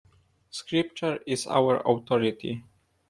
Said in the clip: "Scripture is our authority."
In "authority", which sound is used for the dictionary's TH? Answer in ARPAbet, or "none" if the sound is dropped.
T